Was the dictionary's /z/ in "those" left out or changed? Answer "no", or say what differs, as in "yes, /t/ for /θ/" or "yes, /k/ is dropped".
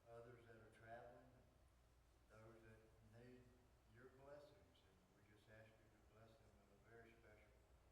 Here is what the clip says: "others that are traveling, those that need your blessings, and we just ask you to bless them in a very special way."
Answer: no